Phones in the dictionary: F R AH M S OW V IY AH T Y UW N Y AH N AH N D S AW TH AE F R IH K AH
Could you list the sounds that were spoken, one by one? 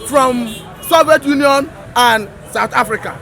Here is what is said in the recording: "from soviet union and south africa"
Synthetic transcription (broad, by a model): F R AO M S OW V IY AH T Y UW N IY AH N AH N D S AW T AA F R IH K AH